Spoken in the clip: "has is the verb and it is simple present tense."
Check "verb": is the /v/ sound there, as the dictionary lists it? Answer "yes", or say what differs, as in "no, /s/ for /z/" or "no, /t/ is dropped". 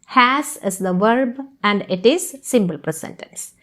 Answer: yes